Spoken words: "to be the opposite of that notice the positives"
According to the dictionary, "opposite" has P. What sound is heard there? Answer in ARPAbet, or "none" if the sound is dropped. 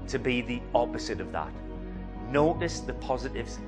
P